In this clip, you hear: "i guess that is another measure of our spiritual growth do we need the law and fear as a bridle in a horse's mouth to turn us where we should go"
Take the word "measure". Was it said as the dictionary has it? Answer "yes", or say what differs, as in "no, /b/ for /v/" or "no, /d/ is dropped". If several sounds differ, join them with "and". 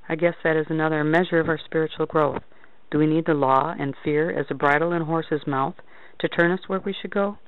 yes